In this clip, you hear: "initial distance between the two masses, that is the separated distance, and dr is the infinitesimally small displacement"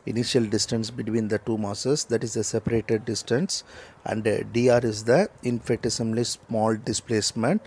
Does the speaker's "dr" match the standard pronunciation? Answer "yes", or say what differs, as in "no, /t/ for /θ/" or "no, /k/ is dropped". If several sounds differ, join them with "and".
no, /k/ is dropped